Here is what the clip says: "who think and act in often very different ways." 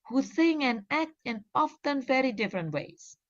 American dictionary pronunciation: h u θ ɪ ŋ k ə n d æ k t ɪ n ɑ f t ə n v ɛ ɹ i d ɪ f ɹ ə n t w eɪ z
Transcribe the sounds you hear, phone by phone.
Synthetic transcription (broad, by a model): h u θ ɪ ŋ ə n æ k t ɪ n ɑ f t ə n v ɛ ɹ i d ɪ f ɹ ə n t w eɪ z